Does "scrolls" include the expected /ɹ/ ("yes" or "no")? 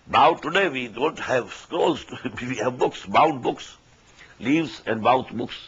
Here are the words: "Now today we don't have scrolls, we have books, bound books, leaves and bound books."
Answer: no